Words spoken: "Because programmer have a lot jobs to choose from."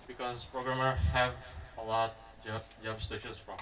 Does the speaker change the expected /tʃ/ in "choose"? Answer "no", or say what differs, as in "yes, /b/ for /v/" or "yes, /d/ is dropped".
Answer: yes, /ʃ/ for /tʃ/